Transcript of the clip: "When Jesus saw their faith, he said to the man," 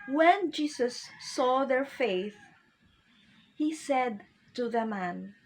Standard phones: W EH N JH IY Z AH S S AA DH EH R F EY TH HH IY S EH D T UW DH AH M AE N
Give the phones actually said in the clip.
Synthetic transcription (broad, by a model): W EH N JH IY S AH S S AA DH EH R F EY TH HH IY S EH D T UW DH AH M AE N